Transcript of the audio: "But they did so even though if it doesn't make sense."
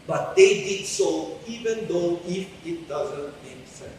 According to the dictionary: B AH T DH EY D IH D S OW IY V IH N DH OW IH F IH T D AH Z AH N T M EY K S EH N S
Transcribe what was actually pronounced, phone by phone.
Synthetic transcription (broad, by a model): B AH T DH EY D IH D S OW IY V IH N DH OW IH F IH T D AH Z AH N T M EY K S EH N